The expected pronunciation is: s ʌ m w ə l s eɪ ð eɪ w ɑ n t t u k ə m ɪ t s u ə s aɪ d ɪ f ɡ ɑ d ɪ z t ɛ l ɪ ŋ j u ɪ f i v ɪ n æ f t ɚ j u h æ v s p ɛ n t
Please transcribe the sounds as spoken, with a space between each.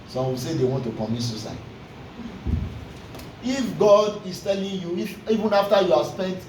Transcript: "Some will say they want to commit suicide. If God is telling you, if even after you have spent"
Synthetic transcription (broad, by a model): s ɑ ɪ w ə l s eɪ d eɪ w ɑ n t t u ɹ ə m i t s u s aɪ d ɪ f ɡ ɑ d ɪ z t ɛ l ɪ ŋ j u ɪ f i v ɪ n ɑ f t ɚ j u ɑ s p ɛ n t